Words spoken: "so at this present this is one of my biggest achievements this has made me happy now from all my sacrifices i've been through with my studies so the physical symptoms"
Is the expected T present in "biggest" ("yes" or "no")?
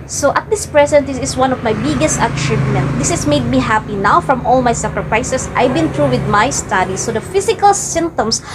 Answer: yes